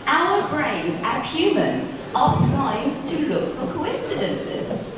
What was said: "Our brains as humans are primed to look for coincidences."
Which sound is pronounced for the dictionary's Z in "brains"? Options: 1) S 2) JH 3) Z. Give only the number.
3